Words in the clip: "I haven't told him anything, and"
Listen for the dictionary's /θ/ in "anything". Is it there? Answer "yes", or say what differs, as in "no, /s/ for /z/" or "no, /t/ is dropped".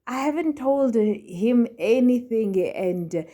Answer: yes